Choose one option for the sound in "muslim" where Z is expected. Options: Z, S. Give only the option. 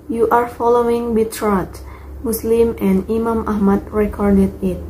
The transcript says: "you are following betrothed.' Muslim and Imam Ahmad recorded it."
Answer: S